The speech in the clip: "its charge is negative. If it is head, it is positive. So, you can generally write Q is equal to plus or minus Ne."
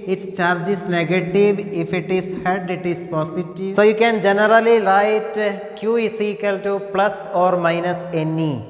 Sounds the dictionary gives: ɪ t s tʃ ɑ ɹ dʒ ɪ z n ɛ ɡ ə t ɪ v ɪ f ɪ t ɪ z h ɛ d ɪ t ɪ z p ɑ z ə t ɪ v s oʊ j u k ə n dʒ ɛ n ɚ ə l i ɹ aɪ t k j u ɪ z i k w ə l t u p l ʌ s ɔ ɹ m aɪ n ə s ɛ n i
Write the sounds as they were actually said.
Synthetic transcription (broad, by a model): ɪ t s tʃ ɑ ɹ dʒ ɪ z n ɛ ɡ ə t ɪ v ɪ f ɪ t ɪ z h ɛ d ɪ t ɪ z p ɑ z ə t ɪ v s oʊ j u k ə n dʒ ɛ n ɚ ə l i l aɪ t k j u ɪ s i k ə l t u p l ʌ s ɔ ɹ m aɪ n ə s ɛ n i